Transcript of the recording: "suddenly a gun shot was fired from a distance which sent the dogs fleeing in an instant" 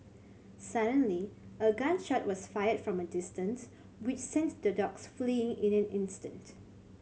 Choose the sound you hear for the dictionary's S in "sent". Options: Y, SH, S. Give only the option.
S